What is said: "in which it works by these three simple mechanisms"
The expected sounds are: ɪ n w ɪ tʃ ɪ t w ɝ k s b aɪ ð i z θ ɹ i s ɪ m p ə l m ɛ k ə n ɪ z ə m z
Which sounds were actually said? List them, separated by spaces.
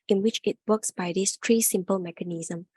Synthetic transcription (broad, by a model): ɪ n w ɪ tʃ ɪ t w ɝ k s b aɪ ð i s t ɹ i s ɪ m p ə l m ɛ k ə n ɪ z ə m